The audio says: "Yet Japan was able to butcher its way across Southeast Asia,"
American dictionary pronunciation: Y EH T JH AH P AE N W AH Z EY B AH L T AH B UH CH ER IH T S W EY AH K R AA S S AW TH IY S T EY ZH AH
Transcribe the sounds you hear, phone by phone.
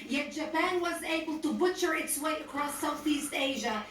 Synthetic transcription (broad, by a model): Y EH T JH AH P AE N W AH Z EY B AH L T AH B UH CH ER IH T S W EY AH K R AA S S AW TH IY S T EY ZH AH